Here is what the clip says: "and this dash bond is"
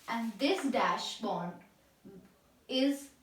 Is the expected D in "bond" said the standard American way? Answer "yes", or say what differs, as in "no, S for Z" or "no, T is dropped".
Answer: no, D is dropped